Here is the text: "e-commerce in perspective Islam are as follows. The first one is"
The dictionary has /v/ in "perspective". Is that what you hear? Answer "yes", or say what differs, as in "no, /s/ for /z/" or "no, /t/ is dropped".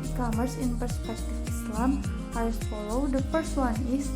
no, /f/ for /v/